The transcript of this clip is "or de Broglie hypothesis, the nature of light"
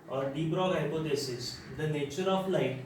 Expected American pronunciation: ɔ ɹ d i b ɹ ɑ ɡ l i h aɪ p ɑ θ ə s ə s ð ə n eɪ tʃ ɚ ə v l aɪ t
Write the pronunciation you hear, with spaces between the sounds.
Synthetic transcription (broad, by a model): ɔ ɹ d i b ɹ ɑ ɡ i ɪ p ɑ t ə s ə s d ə n eɪ tʃ ɚ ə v l aɪ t